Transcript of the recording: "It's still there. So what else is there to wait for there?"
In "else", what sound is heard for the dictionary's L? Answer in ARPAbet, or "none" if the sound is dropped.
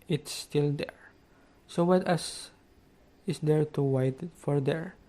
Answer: none